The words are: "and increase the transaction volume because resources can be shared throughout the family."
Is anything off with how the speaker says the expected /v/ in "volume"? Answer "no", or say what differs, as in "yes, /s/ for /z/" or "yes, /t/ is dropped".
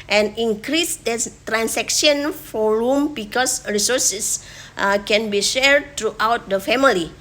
yes, /f/ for /v/